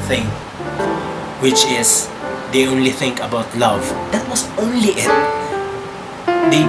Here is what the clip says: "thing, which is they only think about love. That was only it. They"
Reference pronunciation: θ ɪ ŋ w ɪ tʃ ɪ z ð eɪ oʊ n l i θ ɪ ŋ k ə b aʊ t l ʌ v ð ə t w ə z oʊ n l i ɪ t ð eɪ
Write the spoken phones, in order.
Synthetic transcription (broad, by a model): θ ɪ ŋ w ɪ tʃ ɪ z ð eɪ oʊ n l i θ ɪ ŋ k ə b aʊ t l ʌ v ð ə t w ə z oʊ n l i ɪ t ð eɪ